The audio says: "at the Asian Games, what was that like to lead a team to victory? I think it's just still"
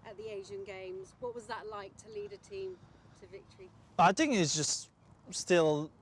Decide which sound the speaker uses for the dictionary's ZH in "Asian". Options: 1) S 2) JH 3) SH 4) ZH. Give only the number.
4